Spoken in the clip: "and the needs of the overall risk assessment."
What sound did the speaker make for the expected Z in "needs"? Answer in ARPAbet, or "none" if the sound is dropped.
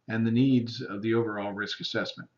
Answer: Z